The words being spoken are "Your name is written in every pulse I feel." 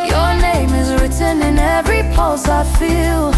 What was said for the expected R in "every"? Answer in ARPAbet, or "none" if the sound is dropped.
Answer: R